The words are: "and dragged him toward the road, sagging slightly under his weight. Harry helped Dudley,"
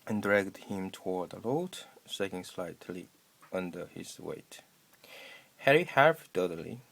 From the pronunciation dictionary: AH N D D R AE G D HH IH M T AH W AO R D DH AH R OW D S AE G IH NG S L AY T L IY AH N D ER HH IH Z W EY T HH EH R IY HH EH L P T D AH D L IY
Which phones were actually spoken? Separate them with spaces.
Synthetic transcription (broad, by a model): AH N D D R AE G D HH IH M T AH W AO R D DH AH L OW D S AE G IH NG S L AY T L IY AH N D ER HH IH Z W EY T HH EH R IY HH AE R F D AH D L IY